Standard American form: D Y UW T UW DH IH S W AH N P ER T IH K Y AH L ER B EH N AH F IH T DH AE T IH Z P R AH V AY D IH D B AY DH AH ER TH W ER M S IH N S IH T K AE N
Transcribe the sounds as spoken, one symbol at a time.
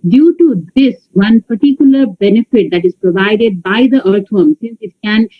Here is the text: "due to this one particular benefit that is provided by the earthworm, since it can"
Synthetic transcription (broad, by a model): D Y UW T UW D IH S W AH N P ER T IH K Y AH L ER B EH N AH F IH T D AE T IH Z P R AH V AY D IH D B AY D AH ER T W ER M S IH N S IH T K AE N